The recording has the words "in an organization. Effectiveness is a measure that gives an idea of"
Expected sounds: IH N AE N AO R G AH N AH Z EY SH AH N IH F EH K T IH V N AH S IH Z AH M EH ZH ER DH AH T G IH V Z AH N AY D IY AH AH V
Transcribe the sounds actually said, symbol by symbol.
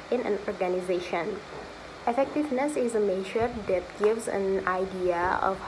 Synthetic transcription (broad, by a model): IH N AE N AO R G AH N AH Z EY SH AH N IH F EH K T IH V N AH S IH Z AH M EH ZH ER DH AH T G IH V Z AH N AY D IY AH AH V